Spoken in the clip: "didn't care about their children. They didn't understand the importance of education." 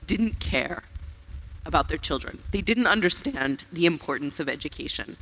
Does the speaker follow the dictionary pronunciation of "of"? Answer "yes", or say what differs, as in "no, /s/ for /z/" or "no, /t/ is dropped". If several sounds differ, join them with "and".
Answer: yes